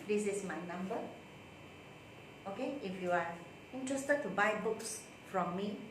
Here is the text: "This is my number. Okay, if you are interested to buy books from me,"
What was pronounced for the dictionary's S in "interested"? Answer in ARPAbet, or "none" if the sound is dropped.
S